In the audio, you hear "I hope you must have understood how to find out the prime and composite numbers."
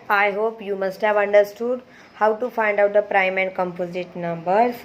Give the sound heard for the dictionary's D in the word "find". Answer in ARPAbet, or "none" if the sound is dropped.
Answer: D